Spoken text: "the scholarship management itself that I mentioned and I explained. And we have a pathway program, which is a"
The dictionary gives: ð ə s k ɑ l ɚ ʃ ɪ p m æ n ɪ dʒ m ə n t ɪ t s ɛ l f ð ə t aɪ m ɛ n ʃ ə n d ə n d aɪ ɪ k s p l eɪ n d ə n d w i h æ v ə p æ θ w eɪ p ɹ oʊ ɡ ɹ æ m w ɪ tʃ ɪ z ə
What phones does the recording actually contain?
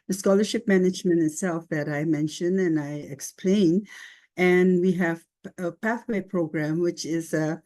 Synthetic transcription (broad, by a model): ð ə s k ɑ l ɚ ʃ ɪ p m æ n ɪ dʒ m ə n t ɪ t s ɛ l f ð ə t aɪ m ɛ n ʃ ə n ə n aɪ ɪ k s p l eɪ n ə n w i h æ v ə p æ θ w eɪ p ɹ oʊ ɡ ɹ æ m w ɪ tʃ ɪ z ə